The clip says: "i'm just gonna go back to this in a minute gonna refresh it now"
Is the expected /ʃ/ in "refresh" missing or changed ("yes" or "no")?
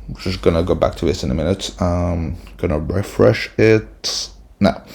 no